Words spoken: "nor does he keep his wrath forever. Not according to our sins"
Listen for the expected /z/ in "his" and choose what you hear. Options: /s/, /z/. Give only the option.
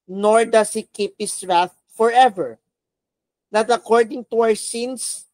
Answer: /s/